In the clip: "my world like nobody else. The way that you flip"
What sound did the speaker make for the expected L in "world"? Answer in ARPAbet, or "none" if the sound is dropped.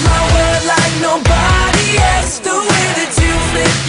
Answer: none